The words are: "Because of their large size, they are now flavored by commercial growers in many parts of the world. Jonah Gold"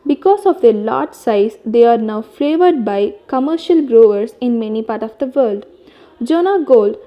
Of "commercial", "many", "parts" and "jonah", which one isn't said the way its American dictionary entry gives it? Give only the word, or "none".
parts